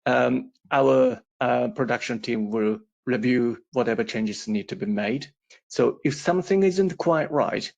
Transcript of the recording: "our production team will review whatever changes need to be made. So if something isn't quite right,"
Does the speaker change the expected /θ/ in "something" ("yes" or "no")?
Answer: no